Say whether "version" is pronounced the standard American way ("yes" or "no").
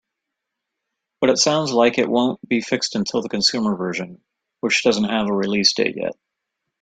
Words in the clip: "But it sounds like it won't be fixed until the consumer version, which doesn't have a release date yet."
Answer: yes